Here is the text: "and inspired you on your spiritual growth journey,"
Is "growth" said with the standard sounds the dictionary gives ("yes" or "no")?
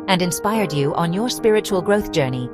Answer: yes